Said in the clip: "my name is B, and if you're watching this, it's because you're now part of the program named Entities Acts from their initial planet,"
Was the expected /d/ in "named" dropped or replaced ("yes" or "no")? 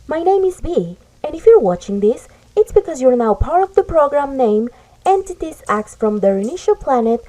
yes